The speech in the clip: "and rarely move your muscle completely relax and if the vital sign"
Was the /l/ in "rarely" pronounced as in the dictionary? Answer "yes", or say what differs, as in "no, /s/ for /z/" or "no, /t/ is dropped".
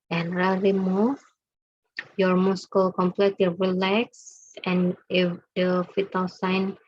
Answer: no, /l/ is dropped